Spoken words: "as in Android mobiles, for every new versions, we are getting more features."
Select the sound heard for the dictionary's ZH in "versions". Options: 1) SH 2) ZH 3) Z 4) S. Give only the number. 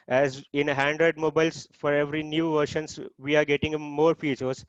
1